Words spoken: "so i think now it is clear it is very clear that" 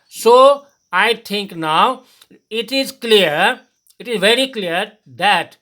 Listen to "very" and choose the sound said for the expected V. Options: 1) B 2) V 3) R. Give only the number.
2